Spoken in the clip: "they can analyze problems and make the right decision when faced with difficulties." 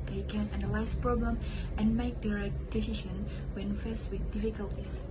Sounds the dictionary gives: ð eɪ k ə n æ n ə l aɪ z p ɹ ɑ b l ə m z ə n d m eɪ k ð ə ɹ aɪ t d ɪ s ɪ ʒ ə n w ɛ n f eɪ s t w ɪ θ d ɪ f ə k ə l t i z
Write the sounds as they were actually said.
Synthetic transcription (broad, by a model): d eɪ k ə n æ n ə l aɪ s p ɹ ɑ b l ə m ə n m eɪ k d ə ɹ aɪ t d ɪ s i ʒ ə n w ɛ n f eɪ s w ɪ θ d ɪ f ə k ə l t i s